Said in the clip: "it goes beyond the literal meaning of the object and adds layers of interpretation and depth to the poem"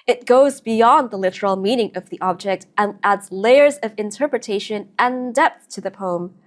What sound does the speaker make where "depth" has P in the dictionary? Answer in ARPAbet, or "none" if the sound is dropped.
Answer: P